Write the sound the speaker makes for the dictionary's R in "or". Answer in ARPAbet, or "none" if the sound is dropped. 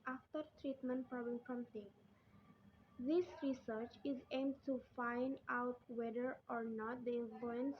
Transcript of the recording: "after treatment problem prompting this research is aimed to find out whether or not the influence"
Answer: R